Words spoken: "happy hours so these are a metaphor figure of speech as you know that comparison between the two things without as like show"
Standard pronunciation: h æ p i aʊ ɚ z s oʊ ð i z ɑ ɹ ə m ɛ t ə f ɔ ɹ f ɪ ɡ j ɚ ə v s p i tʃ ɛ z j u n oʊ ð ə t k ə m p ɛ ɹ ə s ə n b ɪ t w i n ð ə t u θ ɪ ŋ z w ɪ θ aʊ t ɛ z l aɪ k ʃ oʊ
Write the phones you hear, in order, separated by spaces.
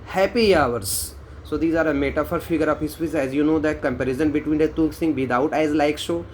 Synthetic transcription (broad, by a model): h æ p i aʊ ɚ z s oʊ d i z ɑ ɹ ə m ɛ t ə f ɔ ɹ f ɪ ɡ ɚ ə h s f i s ɛ z j u n oʊ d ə t k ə m p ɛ ɹ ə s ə n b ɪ t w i n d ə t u s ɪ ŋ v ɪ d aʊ t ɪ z l aɪ k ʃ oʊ